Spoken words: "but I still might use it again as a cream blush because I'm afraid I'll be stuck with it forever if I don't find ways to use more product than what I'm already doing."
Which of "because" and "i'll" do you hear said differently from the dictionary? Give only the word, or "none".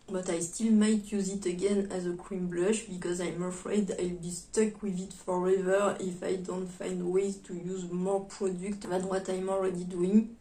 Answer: none